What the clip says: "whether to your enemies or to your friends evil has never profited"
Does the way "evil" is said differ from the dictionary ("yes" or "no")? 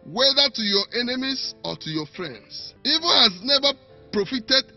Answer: yes